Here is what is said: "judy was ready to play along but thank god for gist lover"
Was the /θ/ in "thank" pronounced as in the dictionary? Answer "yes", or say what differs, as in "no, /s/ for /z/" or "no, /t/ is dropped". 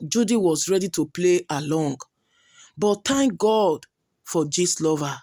no, /t/ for /θ/